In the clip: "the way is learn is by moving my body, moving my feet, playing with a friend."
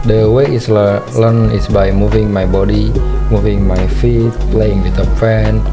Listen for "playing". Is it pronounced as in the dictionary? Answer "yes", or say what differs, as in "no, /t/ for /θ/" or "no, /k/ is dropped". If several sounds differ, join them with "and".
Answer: yes